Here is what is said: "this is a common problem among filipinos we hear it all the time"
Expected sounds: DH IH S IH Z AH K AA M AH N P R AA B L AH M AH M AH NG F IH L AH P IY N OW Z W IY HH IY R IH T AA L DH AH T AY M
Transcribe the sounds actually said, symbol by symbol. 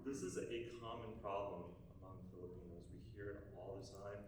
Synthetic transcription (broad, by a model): DH IH S IH Z AH K AA M AH N P R AA B L AH M AH M AH NG F IH L AH P IY N OW Z W IY HH IY R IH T AA L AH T AY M